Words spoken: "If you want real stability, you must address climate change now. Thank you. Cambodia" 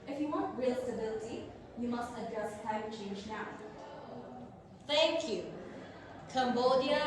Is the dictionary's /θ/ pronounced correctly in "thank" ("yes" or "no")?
no